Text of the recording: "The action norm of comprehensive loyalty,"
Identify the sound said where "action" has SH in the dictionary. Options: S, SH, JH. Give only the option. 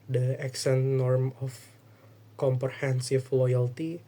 S